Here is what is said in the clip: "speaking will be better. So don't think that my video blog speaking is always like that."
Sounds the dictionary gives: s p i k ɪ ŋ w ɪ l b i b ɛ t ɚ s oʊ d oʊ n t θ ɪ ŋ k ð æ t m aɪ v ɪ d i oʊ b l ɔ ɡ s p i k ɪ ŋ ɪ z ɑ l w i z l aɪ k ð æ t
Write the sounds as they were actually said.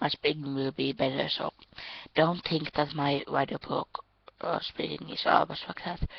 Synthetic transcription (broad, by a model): s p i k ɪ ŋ w ɪ l b i b ɛ t ɚ s oʊ d oʊ n t θ ɪ ŋ k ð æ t m aɪ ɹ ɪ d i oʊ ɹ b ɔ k s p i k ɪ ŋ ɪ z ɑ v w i s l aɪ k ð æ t